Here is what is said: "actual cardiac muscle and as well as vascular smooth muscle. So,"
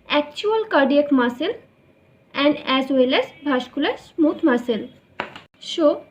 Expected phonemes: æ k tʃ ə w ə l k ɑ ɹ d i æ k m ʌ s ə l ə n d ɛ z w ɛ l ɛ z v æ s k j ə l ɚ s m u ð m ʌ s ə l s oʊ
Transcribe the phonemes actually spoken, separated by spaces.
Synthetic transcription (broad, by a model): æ k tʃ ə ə l k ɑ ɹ d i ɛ k m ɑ s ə l ə n d ɛ z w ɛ l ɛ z b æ ʃ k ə l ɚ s m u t m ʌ s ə l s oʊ